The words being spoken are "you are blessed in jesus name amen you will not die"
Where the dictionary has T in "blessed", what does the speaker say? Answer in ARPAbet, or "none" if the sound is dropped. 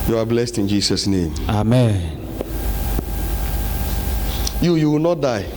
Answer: T